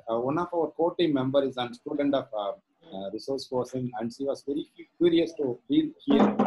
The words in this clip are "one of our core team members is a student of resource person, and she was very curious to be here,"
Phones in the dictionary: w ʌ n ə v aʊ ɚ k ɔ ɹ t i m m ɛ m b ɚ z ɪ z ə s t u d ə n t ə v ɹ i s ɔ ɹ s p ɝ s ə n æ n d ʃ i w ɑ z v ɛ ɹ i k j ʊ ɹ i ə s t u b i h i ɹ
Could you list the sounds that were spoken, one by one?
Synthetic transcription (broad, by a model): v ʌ n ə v aʊ ɚ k ɔ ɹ t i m m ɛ m b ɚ ɪ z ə s t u d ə n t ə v ɹ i s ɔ ɹ s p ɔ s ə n æ n d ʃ i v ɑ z v ɛ ɹ i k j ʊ ɹ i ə s t u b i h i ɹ